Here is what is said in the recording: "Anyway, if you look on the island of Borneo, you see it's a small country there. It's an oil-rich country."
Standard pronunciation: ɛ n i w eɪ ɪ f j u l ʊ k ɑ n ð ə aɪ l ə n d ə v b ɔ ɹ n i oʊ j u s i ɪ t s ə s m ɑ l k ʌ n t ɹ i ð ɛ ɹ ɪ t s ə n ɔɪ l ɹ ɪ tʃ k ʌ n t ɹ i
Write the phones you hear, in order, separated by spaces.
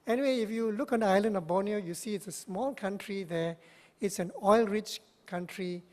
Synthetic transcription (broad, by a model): ɛ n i w eɪ ɪ f j u l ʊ k ɑ n aɪ l ə n d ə b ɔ n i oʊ j u s i ɪ t s ə s m ɑ l k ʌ n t ɹ i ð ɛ ɪ t s ə n ɔɪ l ɹ ɪ tʃ k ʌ n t ɹ i